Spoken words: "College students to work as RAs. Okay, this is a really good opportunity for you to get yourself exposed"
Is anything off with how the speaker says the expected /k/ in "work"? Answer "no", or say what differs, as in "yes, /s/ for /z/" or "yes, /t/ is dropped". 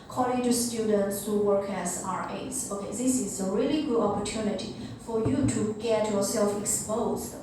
no